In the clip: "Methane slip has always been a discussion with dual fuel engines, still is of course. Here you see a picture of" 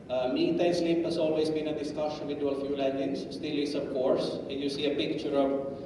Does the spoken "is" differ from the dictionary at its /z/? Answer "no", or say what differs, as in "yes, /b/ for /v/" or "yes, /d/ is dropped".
yes, /s/ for /z/